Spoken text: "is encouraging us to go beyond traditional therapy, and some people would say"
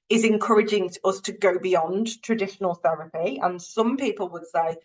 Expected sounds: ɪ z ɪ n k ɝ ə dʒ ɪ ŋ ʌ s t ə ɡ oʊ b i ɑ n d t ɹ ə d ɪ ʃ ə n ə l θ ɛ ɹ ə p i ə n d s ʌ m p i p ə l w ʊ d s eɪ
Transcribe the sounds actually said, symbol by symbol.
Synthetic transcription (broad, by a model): ɪ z ɪ n k ɝ ə dʒ ɪ ŋ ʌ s t ə ɡ oʊ b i ɑ n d t ɹ ə d ɪ ʃ ə n ə l θ ɛ ɹ ə p i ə n s ʌ m p i p ə l w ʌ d s eɪ